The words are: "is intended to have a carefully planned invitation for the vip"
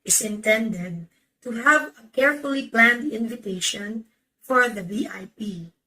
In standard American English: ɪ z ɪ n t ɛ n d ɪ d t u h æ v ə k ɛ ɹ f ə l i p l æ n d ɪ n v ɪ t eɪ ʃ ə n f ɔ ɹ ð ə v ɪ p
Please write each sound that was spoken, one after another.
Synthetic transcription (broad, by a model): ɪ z ɪ n t ɛ n d ɪ d t u h æ v ə k ɛ ɹ f ə l i p l æ n d ɪ n v ɪ t eɪ ʃ ə n f ɔ ɹ ð ə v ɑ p